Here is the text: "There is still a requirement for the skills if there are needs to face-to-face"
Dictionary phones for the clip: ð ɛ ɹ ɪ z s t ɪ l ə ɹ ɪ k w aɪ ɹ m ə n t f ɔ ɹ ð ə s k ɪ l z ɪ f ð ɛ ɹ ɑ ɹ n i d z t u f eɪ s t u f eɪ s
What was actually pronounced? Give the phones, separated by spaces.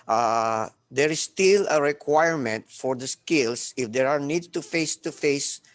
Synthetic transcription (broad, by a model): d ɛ ɹ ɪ s t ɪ l ə ɹ ɪ k w aɪ ɹ m ə n t f ɔ ɹ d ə s k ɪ l s ɪ f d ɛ ɹ ɑ ɹ n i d t u f eɪ s t u f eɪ s